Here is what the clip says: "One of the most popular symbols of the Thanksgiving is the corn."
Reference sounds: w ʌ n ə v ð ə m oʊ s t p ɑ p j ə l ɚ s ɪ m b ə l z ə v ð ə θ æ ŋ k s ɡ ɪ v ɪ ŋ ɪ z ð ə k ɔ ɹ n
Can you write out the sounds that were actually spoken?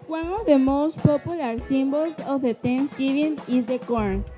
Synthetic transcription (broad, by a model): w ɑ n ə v ð ə m oʊ s t p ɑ p j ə l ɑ s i m b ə l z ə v ð ə t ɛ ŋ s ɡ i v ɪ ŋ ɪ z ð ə k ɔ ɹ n